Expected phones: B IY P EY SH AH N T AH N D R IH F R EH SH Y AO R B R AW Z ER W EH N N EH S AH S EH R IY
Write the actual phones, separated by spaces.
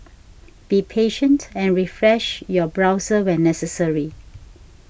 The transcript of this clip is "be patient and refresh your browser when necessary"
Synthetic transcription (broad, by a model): B IY P EY SH AH N T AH N R IH F R EH SH Y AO B R AW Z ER W EH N N EH S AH S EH R IY